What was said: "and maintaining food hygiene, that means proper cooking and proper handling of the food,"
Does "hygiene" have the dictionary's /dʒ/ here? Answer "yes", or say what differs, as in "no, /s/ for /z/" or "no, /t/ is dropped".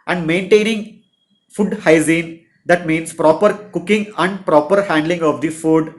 no, /z/ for /dʒ/